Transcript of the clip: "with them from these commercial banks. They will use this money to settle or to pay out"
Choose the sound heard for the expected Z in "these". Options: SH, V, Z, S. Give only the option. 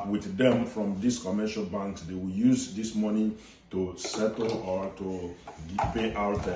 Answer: S